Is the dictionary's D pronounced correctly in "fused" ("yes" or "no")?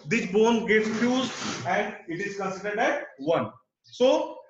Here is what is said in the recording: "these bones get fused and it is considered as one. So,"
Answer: no